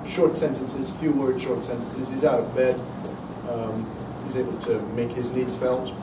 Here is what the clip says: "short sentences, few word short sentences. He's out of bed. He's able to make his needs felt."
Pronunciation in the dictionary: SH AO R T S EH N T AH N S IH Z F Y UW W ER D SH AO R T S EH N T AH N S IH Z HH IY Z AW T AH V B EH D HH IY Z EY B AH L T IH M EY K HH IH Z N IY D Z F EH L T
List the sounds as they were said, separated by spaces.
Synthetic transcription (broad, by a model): SH AO R T S EH N T AH N S IH Z F Y UW W ER D SH AO R T S EH N T AH N S IH Z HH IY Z AW T AH V B EH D HH IY Z EY B AH L T IH M EY K HH IH Z N IY D Z F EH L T